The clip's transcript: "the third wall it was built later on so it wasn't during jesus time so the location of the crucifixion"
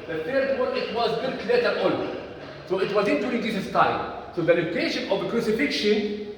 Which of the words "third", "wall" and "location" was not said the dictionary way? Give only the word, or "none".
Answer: wall